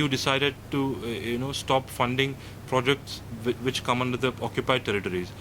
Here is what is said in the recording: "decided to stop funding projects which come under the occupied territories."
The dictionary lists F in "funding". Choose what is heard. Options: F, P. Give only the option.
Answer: F